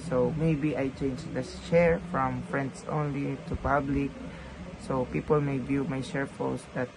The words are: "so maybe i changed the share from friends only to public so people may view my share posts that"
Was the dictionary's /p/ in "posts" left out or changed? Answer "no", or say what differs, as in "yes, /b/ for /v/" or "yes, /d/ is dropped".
yes, /f/ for /p/